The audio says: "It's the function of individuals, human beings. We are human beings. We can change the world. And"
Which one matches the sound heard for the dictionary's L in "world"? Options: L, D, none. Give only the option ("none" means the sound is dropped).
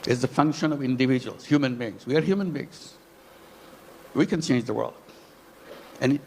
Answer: L